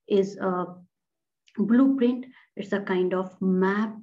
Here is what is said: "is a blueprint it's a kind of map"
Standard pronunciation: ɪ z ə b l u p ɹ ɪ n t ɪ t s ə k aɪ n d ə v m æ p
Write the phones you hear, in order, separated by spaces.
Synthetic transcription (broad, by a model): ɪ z ə b l u p ɹ ɪ n t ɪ t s ə k aɪ n d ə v m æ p